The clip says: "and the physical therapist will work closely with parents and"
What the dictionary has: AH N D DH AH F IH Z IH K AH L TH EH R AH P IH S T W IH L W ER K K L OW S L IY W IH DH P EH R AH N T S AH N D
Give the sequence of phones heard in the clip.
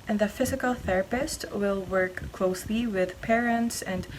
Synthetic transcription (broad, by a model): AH N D DH AH F IH Z IH K AH L TH EH R AH P IH S T W IH L W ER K K L OW S L IY W IH DH P EH R AH N T S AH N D